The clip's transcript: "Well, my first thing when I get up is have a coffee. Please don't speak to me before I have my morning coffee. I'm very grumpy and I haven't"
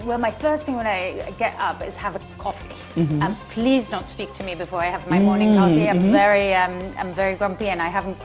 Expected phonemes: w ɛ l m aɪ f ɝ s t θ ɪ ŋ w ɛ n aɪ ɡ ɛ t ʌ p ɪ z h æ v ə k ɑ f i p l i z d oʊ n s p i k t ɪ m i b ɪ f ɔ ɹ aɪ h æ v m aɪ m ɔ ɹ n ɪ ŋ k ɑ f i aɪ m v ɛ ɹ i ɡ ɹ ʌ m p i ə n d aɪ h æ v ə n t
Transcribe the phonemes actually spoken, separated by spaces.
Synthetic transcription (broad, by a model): w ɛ l m aɪ f ɝ s t θ ɪ ŋ w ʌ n aɪ ɡ ɛ t ʌ p ɪ z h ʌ v ə k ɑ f i p l i z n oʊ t s p i k t ɪ m i b ɪ f ɔ ɹ aɪ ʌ v m aɪ m ɔ ɹ n ɪ ŋ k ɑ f i aɪ m v ɛ ɹ i ɡ ɹ ʌ m p i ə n aɪ h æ v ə n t